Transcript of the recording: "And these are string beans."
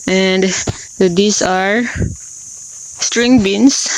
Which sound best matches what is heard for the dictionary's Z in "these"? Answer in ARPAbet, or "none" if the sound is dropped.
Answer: S